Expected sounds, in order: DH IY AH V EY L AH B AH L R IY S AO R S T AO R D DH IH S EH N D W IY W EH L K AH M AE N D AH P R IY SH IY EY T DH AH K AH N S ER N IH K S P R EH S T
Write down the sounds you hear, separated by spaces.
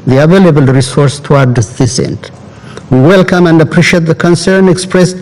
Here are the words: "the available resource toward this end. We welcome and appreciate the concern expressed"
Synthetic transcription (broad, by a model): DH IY AH V EY L AH B AH L R IY S AO R S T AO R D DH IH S EH N D W IY W EH L K AH M AE N D AH P R IY SH IY EY T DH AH K AH N S ER N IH K S P R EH S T